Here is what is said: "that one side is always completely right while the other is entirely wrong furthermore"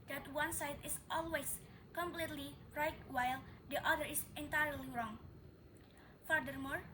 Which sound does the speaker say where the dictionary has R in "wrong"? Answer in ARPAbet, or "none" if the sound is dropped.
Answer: R